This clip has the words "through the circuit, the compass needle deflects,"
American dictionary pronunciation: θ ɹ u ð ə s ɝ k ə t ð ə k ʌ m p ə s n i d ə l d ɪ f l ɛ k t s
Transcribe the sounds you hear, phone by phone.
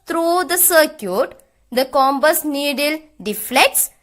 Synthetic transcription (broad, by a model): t ɹ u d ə s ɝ k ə t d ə k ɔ m b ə s n i d ə l d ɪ f l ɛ k t s